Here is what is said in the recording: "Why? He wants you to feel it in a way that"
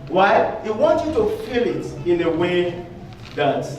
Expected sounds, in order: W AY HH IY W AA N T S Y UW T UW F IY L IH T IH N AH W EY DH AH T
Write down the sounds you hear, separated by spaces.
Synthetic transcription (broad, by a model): W AY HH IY W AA N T Y UW T UW F IY L IH T IH N AH W EY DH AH T